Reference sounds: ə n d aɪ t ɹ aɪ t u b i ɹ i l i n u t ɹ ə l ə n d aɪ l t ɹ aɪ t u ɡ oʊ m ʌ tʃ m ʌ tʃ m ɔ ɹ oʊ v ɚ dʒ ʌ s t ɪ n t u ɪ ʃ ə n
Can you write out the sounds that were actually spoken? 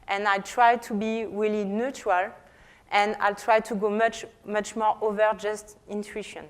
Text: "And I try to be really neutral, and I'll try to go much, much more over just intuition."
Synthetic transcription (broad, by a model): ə n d aɪ t ɹ aɪ t u b i ɹ i l i n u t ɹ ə l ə n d aɪ l t ɹ aɪ t u ɡ oʊ m ʌ tʃ m ʌ tʃ m ɔ ɹ oʊ v ɚ dʒ ʌ s t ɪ n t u ʃ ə n